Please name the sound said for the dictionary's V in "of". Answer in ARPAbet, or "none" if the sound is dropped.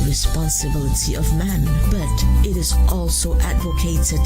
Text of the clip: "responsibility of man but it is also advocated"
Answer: V